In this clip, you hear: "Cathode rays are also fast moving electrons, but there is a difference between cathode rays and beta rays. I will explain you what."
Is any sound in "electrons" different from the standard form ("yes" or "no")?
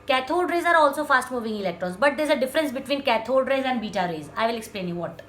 yes